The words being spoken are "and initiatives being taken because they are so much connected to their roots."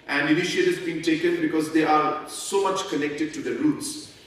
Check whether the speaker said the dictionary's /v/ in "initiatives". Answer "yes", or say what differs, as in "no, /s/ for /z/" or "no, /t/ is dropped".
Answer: no, /v/ is dropped